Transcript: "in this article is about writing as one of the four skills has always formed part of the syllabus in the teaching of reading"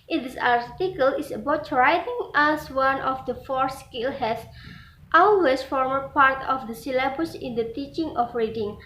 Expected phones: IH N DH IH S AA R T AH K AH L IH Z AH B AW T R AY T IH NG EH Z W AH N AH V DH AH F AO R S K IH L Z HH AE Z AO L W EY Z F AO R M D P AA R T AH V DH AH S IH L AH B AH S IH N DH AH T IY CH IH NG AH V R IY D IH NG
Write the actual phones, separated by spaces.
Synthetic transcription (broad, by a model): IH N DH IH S AA R T AH K AH L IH S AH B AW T R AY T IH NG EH S W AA N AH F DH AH F AO R S K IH L HH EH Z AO L W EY S F AO R M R P AA R T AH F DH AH S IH L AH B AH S IH N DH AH T IY CH IH NG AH F R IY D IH NG